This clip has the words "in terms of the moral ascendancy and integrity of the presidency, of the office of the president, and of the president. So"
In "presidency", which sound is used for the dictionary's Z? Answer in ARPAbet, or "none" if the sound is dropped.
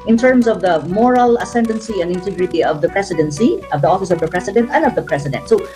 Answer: S